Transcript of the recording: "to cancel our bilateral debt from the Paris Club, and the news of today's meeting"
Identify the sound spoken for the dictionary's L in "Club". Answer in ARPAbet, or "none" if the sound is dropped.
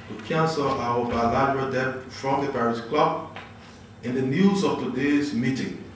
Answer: L